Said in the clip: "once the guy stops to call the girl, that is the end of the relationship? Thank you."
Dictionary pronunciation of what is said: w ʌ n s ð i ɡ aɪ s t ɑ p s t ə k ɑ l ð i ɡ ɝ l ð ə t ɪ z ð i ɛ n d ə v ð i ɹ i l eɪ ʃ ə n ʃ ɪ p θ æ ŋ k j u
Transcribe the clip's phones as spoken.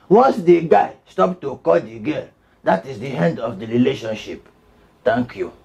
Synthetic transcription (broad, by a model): w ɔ n s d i ɡ aɪ s t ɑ p t ə k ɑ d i ɡ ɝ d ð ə t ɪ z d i ɛ n d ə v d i ɹ i l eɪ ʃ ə n ʃ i p t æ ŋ k j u